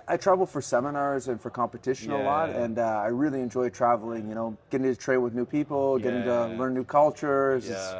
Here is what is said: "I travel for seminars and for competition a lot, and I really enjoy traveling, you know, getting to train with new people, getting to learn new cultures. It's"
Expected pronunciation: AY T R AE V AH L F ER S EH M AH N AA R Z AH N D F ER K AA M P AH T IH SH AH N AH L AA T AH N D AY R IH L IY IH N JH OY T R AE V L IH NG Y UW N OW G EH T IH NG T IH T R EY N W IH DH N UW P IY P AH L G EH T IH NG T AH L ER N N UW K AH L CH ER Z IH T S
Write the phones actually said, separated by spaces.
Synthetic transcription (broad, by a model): AY T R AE V L F ER S EH M AH N AA R Z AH N F ER K AA M P AH T IH SH AH N AH L AA T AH N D AY R IH L IY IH N JH OY T R AE V L IH NG Y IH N OW G EH T IH NG T IH T R EY N W IH DH N UW P IY P L G EH T IH NG T AH L ER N N UW K AH L CH ER Z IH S